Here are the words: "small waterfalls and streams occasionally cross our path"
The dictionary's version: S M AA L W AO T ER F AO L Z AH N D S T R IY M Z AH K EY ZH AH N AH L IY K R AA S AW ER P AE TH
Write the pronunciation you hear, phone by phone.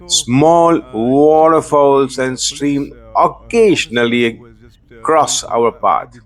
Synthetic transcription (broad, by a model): S M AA L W AO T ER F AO L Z AH N D S T R IY M AH K EY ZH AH N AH L IY K R AA S AW ER P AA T